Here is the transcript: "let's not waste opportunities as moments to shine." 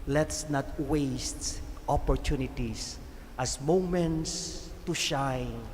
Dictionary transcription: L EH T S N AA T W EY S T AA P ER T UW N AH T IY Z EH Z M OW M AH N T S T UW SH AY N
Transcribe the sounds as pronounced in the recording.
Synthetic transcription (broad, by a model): L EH T S N AA T W EY S T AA P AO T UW N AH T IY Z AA S M OW M AH N T S T UW SH AY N